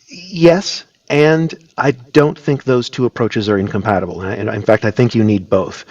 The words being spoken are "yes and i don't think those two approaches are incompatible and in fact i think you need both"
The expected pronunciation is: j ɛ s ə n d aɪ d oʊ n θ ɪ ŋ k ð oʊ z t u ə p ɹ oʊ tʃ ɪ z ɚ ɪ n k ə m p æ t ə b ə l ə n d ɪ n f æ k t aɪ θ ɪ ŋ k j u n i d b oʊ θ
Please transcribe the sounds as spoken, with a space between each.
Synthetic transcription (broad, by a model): j ɛ s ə n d aɪ d oʊ n θ ɪ ŋ k ð oʊ z t u ə p ɹ oʊ tʃ ɪ z ɚ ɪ n k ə m p æ t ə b l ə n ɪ ɪ n f æ k t aɪ θ ɪ ŋ k j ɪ n i d b oʊ θ